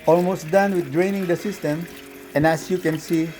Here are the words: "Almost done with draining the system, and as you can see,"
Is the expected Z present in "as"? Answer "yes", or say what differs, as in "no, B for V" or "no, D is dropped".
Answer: no, S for Z